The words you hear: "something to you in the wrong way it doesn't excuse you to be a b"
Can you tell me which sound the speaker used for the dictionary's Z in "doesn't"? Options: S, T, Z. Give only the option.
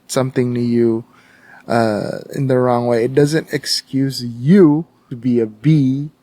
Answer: Z